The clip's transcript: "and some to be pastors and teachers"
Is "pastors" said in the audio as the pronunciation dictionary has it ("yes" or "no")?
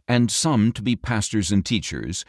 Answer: yes